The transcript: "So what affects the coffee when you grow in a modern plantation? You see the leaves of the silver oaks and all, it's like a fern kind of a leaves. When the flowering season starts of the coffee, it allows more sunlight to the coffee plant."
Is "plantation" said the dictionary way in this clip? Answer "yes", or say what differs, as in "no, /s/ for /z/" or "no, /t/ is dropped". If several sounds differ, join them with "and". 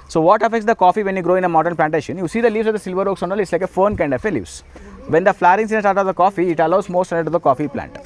yes